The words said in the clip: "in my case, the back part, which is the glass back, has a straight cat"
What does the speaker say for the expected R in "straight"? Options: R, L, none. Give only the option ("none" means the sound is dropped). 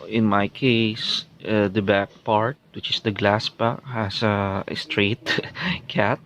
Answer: R